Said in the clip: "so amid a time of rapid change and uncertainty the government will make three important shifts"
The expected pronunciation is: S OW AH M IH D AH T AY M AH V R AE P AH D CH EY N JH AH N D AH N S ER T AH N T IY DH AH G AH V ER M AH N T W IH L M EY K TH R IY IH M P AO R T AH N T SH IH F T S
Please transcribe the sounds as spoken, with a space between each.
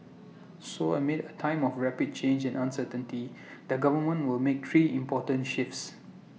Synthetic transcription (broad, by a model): S OW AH M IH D AH T AY M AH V R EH P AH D CH EY N JH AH N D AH N S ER T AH N T IY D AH G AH V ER M AH N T W IH L M EY K T R IY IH M P AO T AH N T SH IH F T S